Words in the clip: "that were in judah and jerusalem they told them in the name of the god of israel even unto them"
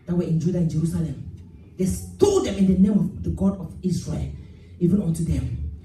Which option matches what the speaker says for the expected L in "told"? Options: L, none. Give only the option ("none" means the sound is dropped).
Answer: none